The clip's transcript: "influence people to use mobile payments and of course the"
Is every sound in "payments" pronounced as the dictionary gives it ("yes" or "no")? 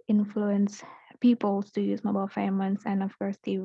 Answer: no